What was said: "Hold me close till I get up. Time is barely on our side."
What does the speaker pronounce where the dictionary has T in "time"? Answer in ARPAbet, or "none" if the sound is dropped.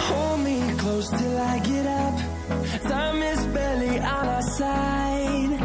S